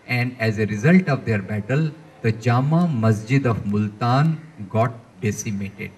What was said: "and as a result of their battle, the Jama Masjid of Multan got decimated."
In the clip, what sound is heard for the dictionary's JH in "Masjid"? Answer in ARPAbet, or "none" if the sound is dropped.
JH